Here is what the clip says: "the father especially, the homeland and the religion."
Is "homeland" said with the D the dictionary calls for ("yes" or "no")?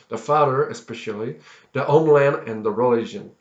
no